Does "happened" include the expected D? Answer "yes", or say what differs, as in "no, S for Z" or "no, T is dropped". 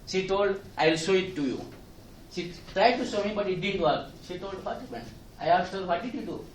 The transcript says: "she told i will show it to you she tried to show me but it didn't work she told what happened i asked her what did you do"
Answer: no, D is dropped